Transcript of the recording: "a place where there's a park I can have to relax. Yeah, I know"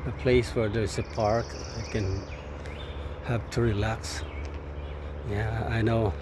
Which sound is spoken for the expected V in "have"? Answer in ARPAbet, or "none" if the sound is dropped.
P